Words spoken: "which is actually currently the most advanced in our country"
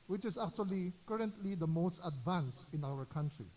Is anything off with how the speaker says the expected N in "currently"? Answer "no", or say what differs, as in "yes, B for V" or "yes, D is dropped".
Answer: no